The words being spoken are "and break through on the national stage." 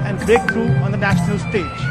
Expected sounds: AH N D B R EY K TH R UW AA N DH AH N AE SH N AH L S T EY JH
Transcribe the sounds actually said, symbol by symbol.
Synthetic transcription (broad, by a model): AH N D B EY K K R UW AA N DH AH N AE SH N AH L S T EY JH